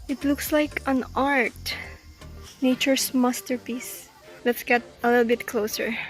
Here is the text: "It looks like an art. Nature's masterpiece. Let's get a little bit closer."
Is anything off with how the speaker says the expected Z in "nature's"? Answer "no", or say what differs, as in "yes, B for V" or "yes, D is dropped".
yes, S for Z